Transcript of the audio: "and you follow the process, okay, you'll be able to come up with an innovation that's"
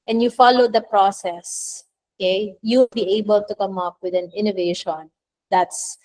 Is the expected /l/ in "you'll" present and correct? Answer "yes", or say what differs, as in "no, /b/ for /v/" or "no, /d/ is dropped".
no, /w/ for /l/